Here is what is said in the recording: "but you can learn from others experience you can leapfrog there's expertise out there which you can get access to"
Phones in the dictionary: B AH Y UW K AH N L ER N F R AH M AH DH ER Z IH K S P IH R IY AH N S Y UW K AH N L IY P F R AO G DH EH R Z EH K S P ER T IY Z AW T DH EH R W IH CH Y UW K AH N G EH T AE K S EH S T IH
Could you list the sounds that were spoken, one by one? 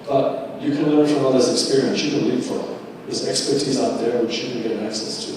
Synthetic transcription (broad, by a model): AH Y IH K AH N L ER N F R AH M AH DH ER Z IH K S P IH R IY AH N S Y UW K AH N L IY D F AO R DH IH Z EH K S P ER T IY Z AW T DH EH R W IH CH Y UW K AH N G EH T AE K S EH S T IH